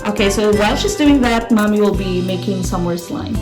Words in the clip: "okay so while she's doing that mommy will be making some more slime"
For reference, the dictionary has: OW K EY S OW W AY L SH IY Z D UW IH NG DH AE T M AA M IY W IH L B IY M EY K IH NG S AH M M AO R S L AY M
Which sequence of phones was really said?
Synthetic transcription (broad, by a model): OW K EY S OW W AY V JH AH S D UW IH NG DH AE T M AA M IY W IH L B IY M EY K IH NG S AH M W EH R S L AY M